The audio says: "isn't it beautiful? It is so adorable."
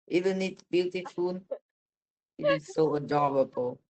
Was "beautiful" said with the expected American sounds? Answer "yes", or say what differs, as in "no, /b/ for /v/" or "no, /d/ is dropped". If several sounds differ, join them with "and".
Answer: no, /n/ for /l/